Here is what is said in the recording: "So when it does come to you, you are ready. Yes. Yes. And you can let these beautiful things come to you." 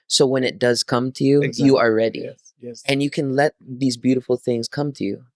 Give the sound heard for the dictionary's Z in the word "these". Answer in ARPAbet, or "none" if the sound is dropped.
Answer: Z